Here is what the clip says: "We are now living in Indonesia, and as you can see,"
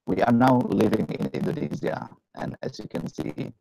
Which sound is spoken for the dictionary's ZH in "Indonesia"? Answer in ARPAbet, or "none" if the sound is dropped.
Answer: Z